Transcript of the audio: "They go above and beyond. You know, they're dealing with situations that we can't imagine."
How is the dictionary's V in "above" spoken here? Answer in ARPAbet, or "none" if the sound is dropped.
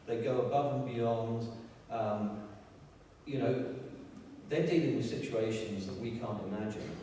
V